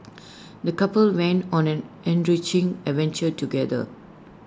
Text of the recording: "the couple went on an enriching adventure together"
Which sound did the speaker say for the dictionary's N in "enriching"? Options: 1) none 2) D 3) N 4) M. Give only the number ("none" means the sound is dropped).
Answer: 3